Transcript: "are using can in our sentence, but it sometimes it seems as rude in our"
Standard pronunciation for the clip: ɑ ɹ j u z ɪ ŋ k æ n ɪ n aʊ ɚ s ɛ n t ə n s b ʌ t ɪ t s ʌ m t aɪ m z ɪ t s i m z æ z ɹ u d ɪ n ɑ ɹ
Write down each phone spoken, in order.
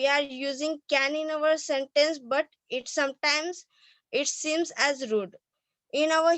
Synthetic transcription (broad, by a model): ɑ ɹ j u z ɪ ŋ k æ n ɪ n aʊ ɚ s ɛ n t ə n s b ʌ t ɪ t s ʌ m t aɪ m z ɪ t s i m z æ z ɹ u d ɪ n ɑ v